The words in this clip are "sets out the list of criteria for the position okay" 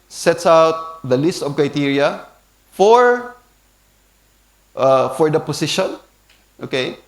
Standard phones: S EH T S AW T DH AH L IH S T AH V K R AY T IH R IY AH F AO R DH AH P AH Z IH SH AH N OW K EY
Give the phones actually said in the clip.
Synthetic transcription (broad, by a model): S EH T S AW T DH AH L IH S T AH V K R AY T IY R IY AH F AO R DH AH P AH S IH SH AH N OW K EY